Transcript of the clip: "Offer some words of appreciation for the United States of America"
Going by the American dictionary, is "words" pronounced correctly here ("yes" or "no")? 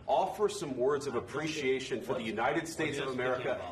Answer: yes